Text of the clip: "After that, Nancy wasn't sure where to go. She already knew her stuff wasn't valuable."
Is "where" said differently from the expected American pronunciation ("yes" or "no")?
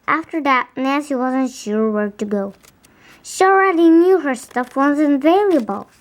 no